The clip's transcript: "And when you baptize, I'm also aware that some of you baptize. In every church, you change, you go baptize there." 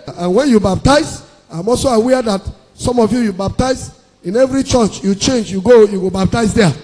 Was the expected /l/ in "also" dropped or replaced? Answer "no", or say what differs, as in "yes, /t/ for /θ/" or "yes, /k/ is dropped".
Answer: no